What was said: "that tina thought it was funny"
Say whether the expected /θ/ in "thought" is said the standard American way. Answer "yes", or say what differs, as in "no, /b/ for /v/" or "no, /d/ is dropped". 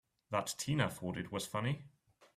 no, /f/ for /θ/